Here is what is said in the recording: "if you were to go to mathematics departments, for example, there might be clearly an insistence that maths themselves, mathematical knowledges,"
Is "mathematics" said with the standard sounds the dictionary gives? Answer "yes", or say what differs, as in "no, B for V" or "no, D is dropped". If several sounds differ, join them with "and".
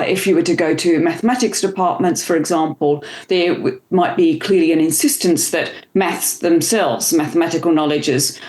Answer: yes